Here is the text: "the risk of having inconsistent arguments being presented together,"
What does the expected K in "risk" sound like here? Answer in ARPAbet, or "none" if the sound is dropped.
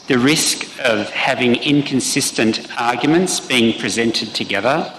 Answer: K